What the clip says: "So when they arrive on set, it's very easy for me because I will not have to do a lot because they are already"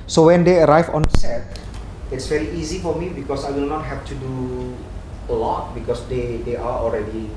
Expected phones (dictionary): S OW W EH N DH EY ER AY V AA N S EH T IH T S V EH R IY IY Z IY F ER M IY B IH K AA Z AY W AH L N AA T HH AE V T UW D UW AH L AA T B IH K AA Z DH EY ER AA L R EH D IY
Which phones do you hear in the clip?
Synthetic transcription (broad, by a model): S OW W EH N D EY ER AY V AA N S EH T IH T S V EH R IY IY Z IY F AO M IY B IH K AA S AY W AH N N AA T HH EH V T UW D UW AH L AA T B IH K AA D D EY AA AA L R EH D IY